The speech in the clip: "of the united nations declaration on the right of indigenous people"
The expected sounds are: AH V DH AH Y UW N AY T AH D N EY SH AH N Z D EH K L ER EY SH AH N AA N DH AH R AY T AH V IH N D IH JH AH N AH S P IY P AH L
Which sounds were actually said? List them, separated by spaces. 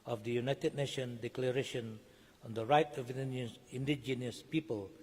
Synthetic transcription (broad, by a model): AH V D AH Y UW N AY T AH D N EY SH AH N D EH K L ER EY SH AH N AA N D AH R AY T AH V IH N D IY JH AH N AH S P IY P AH L